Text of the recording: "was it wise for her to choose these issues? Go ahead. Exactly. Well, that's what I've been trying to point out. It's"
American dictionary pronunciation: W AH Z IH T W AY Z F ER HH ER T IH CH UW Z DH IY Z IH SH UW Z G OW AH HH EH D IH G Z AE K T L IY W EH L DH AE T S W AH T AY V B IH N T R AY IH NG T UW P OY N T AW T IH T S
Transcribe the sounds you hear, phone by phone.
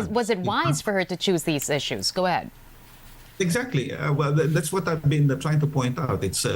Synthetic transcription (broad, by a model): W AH Z IH T W AY Z F ER HH ER T IH CH UW Z DH IY Z IH SH UW Z G OW AH HH EH D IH G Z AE K T L IY W EH L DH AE T S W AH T AY V B IH N T R AY IH NG T UW P OY N T AW T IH T S